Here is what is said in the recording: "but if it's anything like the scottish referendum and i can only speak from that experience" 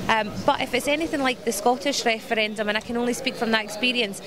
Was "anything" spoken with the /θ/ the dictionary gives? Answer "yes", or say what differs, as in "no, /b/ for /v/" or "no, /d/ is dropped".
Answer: yes